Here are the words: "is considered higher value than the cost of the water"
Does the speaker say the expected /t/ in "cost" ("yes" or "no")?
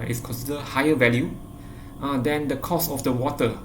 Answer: no